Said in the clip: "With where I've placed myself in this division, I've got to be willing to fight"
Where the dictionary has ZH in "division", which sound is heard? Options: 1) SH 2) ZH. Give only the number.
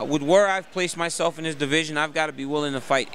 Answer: 2